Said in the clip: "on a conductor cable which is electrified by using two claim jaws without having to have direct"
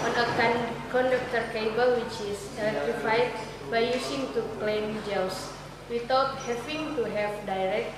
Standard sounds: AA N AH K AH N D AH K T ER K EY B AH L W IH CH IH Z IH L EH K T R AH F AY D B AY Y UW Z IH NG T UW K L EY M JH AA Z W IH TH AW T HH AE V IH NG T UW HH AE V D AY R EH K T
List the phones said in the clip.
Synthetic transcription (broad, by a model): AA N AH K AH N D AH K T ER K EY B AH L W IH CH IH S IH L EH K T AH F AY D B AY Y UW S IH NG T UW K L EY M JH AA S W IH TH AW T HH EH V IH NG T UW HH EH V D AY R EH K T